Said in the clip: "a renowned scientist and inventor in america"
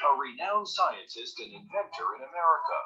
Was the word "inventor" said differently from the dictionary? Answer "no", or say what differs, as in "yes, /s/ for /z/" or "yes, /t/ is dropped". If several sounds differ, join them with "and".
no